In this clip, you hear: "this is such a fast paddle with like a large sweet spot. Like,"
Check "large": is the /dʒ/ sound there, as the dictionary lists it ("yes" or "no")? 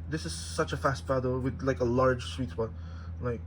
no